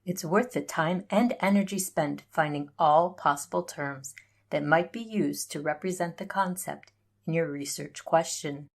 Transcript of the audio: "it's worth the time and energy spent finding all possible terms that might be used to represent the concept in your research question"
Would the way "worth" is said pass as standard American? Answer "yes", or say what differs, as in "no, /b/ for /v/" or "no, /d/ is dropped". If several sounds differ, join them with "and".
yes